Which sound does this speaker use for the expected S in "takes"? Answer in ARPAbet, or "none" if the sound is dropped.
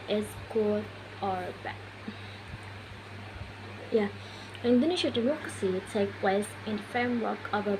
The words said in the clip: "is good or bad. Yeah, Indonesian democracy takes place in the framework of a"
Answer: none